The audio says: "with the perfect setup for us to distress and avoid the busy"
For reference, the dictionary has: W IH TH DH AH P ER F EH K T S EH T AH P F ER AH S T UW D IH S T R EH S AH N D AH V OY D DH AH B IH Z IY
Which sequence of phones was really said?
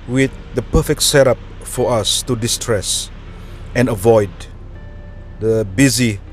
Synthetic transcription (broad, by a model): W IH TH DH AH P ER F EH K T S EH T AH P F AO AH S T UW D IH S T R EH S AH N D AH V OY D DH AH B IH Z IY